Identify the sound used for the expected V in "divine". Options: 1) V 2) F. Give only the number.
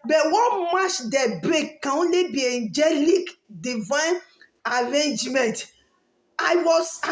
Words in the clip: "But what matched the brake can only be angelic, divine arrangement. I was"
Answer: 1